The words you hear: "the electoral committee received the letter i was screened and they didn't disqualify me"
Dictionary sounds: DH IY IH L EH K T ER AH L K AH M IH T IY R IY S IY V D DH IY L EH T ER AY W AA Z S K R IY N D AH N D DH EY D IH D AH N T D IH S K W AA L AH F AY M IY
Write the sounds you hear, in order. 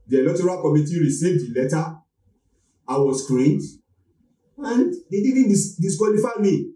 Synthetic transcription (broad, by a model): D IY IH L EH T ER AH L K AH M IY T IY R IY S IY V D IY L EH T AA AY W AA S K R IY N D AH N D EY D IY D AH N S D IH S K W AA L AH F AY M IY